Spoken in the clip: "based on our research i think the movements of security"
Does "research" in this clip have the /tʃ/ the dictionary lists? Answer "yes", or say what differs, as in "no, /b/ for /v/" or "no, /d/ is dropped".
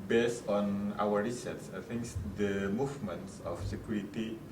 no, /s/ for /tʃ/